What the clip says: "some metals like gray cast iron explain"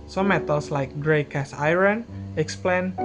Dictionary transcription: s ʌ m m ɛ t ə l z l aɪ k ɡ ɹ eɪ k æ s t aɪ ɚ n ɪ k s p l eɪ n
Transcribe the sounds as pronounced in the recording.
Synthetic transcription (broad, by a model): s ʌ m m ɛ t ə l s l aɪ k ɡ ɹ eɪ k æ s aɪ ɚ n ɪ k s p l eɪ n